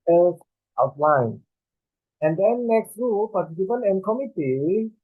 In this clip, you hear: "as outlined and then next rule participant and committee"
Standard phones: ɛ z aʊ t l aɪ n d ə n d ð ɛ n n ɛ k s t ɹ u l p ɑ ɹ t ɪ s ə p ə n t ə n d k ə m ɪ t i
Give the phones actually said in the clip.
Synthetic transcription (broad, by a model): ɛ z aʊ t l aɪ n ə n d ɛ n n ɛ k s t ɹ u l p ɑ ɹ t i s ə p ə n ə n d k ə m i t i